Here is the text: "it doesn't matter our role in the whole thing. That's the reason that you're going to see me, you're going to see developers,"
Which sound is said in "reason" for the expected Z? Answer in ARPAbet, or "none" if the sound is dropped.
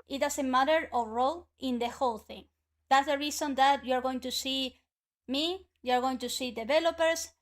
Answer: S